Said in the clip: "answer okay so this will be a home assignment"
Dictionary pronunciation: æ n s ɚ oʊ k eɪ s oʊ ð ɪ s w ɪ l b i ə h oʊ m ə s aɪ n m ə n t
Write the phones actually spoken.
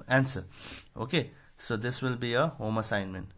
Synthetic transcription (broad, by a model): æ n s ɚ oʊ k eɪ s oʊ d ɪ s w ɪ l b i ə h oʊ m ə s aɪ n m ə n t